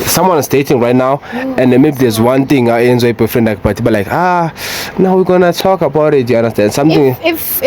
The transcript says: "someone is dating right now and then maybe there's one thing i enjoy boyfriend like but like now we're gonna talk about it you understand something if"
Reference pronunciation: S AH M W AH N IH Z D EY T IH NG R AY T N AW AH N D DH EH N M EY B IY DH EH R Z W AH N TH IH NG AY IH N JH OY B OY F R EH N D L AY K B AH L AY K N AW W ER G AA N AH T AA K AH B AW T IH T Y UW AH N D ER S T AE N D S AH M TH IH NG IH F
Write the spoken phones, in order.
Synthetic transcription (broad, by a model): S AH M W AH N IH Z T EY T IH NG R AY T N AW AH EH N M EY B IY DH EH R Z W AH N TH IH NG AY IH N Z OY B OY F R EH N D L AY K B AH L AY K N AW W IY G AA N AH T AA K AH B AW T IH T Y UW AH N D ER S T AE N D S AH M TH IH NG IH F